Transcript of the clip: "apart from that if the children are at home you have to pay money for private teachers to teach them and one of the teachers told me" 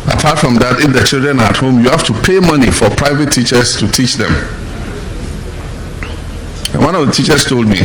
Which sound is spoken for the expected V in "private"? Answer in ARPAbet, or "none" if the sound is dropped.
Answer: V